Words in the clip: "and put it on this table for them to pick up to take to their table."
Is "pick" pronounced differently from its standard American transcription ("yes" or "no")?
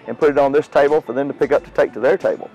no